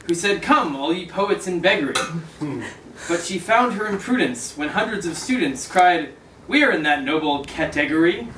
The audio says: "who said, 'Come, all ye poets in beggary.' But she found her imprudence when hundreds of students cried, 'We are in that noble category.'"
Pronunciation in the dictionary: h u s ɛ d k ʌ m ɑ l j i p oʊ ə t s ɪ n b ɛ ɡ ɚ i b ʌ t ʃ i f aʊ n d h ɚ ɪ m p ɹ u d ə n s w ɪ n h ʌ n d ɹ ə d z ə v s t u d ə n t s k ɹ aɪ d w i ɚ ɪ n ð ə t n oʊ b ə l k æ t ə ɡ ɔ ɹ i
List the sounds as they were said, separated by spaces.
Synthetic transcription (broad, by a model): h u s ɛ d k ʌ m ɑ l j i p oʊ ə t s ɪ n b ɛ ɡ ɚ i b ʌ t ʃ i f aʊ n d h ɚ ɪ m p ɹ u d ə n s w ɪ n h ʌ n d ɹ ə d z ə v s t u d n t s k ɹ aɪ d w i ɚ ɪ n ð ə t n oʊ b l k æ t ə ɡ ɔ ɹ i